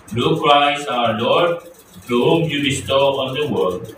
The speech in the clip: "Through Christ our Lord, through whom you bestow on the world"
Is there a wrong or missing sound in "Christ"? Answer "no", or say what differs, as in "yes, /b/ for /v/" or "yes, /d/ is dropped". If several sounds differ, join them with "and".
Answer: yes, /t/ is dropped